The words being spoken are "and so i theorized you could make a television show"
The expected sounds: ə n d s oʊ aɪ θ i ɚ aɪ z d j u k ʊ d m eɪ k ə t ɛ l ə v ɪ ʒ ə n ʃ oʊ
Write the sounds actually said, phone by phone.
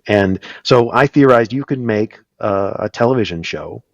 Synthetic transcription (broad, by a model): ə n s oʊ aɪ θ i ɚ aɪ z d j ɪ k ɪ d m eɪ k ə t ɛ l ə v ɪ ʒ ə n ʃ oʊ